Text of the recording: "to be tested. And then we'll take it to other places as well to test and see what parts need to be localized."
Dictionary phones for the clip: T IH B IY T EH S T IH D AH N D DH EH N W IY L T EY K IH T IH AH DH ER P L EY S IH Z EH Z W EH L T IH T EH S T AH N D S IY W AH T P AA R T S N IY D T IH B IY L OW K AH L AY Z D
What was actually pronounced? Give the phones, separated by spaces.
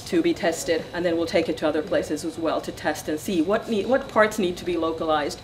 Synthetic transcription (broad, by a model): T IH B IY T EH S T IH D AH N DH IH N W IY L T EY K IH T IH AH DH ER P L EY S IH Z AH Z W EH L T IH T EH S T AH N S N IY W AH T P AA R T S N IY D T IH B IY L OW K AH L AY Z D